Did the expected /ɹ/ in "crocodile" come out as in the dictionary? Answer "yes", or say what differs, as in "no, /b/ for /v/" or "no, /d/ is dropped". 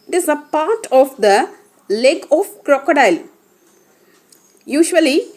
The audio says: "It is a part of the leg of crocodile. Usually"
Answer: yes